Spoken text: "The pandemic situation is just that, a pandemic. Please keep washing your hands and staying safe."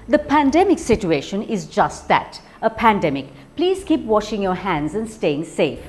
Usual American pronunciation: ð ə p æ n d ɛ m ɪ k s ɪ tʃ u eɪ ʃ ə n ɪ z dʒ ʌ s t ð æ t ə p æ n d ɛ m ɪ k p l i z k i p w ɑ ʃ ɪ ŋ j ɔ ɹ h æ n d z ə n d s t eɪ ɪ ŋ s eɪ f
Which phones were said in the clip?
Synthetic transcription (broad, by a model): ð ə p æ n d ɛ m ɪ k s ɪ tʃ u eɪ ʃ ə n ɪ z dʒ ʌ s t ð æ t ə p æ n d ɛ m ɪ k p l i z k i p w ɑ ʃ ɪ ŋ j ɔ ɹ h æ n d z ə n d s t eɪ ɪ ŋ s eɪ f